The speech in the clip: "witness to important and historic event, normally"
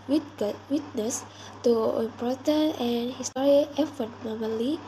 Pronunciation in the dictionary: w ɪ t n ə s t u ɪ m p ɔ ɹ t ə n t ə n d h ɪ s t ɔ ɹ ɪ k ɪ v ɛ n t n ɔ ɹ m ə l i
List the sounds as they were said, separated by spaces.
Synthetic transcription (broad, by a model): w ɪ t n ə s t u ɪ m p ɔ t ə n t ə n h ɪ s t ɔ ɹ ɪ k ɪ f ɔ t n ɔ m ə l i